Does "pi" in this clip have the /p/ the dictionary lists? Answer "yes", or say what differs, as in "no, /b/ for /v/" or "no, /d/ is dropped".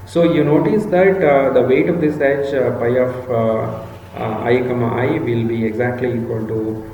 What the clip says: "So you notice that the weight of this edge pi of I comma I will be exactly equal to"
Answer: yes